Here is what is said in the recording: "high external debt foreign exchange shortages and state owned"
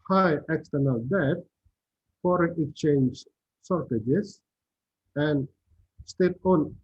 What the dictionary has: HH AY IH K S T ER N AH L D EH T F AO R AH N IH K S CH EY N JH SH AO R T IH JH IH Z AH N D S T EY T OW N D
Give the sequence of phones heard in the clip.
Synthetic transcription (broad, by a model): HH AY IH K S T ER N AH L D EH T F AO R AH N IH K CH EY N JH S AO R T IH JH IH S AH N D S T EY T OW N